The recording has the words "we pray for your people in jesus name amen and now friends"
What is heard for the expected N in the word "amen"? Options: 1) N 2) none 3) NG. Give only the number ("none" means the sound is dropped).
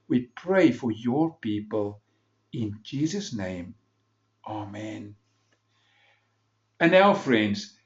1